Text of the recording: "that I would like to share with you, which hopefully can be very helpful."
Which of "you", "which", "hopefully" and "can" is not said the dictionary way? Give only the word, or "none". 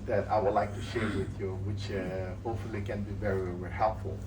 hopefully